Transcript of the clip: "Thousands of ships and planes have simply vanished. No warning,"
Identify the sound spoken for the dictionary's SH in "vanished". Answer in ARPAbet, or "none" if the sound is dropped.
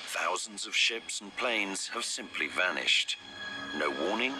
SH